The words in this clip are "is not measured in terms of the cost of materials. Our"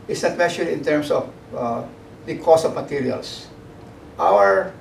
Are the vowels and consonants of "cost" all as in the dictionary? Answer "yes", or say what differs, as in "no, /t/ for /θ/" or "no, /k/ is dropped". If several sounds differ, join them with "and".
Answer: no, /t/ is dropped